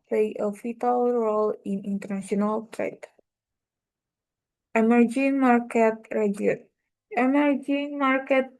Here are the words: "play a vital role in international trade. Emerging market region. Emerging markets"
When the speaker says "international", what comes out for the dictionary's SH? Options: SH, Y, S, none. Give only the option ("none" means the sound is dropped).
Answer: S